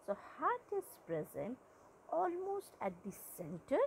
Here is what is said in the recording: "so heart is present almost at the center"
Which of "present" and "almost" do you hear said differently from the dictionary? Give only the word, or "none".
none